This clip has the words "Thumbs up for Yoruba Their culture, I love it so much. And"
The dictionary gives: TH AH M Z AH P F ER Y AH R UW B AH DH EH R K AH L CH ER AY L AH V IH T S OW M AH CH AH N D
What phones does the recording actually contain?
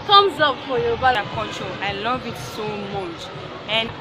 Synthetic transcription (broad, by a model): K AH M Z AH P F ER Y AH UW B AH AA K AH CH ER AY L AH V IH T S OW M AH CH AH N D